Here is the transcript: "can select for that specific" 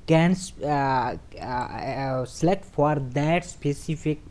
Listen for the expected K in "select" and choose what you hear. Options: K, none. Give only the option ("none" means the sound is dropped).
none